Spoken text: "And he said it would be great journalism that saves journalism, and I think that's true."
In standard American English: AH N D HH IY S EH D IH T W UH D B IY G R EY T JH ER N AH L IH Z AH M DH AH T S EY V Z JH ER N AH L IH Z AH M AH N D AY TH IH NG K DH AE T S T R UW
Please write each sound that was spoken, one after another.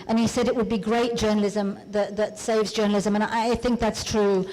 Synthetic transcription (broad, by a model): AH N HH IY S EH D IH T W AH D B IY G R EY T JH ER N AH L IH Z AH M DH AH T S EY V Z JH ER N L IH Z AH M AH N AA AY TH IH NG K DH AE T S T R UW